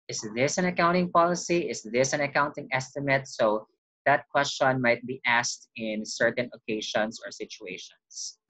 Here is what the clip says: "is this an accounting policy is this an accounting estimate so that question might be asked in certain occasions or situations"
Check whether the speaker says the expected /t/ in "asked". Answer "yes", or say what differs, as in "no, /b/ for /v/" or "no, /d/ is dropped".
yes